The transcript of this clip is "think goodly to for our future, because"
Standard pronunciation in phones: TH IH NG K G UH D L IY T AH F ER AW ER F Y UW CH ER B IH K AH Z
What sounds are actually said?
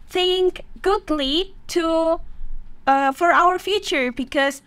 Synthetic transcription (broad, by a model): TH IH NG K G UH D L IY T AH F ER AW ER F Y UW CH ER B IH K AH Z